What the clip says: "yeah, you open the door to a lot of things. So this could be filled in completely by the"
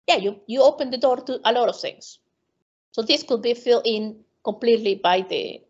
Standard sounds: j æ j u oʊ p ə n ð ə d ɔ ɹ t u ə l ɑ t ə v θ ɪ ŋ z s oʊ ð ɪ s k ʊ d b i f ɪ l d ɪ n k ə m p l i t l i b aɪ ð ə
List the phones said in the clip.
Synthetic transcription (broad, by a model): j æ j u oʊ p ə n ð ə d ɔ ɹ t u ə l ɑ t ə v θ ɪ ŋ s s oʊ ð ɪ s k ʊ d b i f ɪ l ɪ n k ə m p l i t l i b aɪ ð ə